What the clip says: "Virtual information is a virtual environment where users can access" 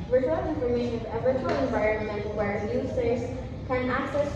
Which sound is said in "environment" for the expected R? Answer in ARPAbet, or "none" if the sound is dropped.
R